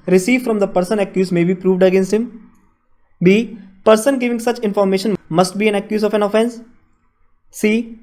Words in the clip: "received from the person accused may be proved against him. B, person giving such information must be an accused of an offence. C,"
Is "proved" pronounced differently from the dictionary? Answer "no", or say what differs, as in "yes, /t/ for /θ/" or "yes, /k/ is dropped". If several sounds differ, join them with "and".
no